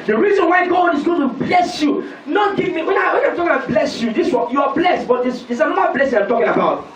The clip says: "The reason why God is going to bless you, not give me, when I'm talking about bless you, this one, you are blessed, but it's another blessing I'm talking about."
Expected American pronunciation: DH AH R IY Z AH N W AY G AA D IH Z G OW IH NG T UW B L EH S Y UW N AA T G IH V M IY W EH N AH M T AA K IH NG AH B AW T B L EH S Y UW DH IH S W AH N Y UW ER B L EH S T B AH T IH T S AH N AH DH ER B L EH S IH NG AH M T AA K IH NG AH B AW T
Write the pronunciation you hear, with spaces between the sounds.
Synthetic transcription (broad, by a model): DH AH R IY Z AH N W AY G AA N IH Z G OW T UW B L EH S Y UW N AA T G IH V M IY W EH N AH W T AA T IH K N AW B L EH S Y UW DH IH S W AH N Y UW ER B L EH S T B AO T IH S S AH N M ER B L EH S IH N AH T AA K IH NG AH B AW T